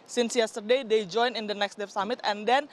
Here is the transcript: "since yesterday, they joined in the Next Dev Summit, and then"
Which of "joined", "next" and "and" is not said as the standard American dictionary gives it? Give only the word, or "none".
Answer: joined